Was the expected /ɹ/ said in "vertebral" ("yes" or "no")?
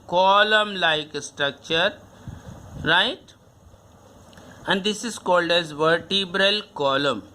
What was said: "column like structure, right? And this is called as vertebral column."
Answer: yes